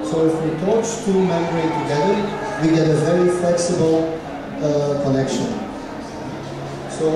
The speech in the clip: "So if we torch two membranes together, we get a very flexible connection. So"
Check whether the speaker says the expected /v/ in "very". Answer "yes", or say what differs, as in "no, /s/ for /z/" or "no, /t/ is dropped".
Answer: yes